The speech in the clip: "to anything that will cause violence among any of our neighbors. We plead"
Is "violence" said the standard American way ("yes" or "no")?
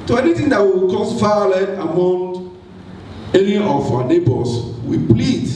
no